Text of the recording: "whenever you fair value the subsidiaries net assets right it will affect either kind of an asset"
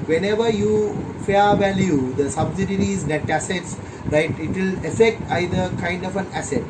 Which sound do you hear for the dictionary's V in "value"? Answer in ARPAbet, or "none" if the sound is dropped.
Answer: V